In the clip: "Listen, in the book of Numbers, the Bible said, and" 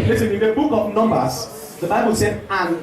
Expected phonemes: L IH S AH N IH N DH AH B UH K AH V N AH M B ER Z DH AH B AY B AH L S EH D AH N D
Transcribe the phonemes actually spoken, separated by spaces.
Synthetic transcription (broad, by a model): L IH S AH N IH N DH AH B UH K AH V N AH M B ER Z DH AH B AY B AH L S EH AH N